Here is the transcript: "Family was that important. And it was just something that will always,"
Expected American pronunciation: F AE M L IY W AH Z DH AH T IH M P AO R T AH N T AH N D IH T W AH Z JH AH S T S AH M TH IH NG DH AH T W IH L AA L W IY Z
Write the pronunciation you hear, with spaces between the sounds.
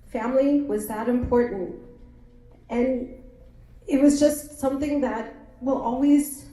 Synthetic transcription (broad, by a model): F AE M L IY W AH Z DH AH T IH M P AO R T N T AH N IH T W AH Z JH AH S T S AH M TH IH NG DH AH T W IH L AA L W IY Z